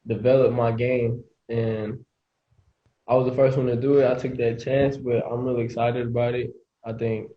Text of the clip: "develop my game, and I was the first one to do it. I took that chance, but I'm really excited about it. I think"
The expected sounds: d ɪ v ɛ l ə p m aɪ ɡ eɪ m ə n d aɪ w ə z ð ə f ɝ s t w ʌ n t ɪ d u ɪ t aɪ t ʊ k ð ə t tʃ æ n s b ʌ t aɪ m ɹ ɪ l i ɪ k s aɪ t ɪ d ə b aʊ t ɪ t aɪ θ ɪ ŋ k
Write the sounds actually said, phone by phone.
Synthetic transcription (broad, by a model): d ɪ v ɛ l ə p m aɪ ɡ eɪ m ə n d aɪ w ə z ð ə f ɝ s t w ʌ n t ɪ d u ɪ t aɪ t ʊ k ð ə t tʃ æ n s b ʌ t aɪ m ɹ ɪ l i ɪ k s aɪ t ɪ d ə b aʊ t ɪ t aɪ θ ɪ ŋ k